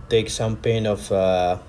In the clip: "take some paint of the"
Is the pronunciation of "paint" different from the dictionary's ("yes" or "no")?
yes